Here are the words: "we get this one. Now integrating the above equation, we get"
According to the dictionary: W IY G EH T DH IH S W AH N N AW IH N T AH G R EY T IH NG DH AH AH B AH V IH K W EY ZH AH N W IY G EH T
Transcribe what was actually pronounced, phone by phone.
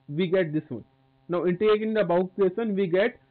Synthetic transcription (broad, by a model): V IY G EH T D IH S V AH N N AW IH N T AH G EY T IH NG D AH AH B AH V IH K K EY S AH N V IY G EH T